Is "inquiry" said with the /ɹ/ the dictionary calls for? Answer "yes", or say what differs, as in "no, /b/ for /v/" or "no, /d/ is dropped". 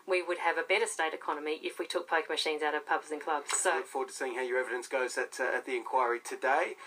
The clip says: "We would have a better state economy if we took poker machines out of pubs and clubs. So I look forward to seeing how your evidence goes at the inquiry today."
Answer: yes